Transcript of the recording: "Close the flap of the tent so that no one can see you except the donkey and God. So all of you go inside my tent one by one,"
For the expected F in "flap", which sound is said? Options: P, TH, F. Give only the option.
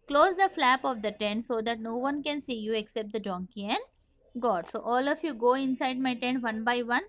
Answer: F